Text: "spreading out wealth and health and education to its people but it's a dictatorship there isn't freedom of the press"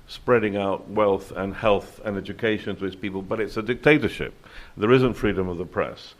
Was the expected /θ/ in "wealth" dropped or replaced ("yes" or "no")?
no